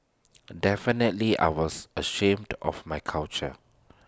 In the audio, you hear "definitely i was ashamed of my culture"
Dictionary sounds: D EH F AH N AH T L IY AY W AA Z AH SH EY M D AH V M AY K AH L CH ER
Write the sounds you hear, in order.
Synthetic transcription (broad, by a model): D EH F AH N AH T L IY AY W AA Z AH SH EY M D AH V M AY K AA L CH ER